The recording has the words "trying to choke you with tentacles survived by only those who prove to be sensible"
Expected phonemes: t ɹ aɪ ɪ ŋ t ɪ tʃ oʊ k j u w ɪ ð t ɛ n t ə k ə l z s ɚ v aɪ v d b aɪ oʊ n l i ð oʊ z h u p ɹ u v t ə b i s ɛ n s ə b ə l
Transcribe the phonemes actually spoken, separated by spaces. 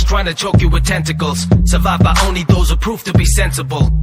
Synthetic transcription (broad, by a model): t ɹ aɪ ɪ ŋ t ɪ tʃ oʊ k j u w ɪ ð t ɛ n t ə k ə l z s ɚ v aɪ v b aɪ oʊ n l i ð oʊ z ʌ p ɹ u f t ə b i s ɛ n s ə b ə l